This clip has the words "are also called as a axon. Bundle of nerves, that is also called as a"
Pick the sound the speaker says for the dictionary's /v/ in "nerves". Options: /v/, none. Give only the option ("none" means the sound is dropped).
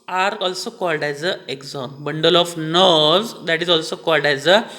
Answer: none